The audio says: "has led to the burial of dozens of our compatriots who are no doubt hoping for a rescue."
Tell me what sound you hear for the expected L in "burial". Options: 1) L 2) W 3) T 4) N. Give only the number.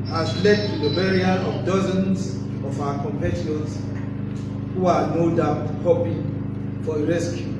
4